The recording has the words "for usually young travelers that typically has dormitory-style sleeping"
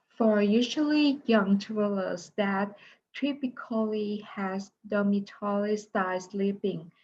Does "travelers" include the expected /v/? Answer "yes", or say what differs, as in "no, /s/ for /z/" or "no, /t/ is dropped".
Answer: no, /v/ is dropped